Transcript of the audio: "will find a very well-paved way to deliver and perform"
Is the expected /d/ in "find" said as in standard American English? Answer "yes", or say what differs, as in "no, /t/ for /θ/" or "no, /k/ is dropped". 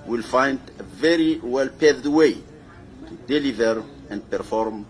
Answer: yes